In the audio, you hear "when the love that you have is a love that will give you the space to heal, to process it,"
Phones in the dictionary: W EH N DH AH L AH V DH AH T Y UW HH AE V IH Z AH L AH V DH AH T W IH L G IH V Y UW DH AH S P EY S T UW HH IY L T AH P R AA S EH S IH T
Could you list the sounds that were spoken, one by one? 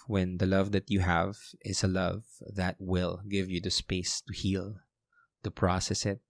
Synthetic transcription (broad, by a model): W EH N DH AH L AH V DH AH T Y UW HH AE V IH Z AH L AH V DH AH T W IH L G IH V Y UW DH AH S P EY S T UW HH IY L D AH P R AA S EH S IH T